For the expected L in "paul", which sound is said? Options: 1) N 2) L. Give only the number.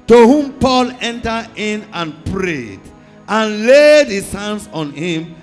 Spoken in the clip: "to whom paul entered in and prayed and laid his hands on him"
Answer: 2